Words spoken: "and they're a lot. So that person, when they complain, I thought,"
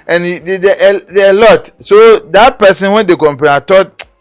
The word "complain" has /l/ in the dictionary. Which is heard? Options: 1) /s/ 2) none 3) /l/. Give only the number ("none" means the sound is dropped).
2